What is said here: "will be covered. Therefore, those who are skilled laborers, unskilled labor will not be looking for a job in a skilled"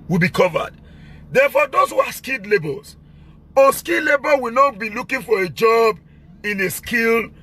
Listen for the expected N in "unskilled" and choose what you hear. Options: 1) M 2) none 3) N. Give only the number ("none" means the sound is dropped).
2